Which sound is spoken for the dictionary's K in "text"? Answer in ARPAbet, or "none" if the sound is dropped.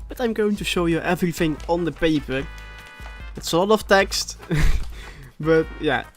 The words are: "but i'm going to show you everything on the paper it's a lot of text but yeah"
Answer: K